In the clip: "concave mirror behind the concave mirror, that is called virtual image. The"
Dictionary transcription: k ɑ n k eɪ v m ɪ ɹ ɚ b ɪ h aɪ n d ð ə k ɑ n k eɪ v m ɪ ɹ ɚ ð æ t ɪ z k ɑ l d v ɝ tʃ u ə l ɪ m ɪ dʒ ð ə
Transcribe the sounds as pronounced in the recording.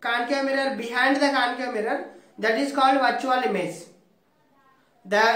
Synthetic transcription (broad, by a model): k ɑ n k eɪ m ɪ ɹ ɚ b ɪ h aɪ n d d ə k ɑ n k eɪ m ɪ ɹ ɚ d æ t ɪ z k ɑ l d v ɝ tʃ u ə l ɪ m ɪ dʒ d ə